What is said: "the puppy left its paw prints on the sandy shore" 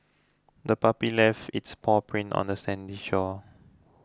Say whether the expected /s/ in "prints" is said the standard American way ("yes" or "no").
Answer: no